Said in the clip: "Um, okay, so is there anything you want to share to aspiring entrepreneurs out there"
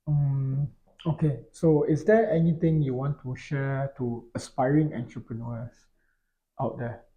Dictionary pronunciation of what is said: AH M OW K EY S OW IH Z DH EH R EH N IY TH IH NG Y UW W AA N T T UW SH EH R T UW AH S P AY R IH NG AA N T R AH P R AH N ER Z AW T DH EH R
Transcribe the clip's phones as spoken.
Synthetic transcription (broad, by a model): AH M OW K EY S OW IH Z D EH EH N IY T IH NG Y UW W AA N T T UW SH EH T UW AH S P AY R IH NG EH N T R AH P R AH N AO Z AW T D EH